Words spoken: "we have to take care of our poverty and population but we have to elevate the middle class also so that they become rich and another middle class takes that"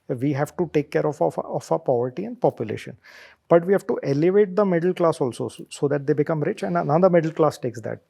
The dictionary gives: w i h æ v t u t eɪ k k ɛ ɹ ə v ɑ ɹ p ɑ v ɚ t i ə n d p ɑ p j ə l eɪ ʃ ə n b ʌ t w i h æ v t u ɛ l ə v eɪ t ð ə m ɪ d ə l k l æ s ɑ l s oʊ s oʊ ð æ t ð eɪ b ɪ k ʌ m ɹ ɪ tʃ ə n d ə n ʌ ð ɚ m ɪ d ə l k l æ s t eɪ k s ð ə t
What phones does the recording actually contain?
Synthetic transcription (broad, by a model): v i h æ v t u t eɪ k k ɛ ɹ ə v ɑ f p ɑ v ɚ t i ə n d p ɑ p j ə l eɪ ʃ ə n b ʌ t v i h æ v t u ɛ l ə v eɪ t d ə m ɪ d ə l k l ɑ s ɑ l s oʊ s oʊ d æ t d eɪ b ɪ k ʌ m ɹ ɪ tʃ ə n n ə ʊ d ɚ m ɪ d ə l k l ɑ s t eɪ k s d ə t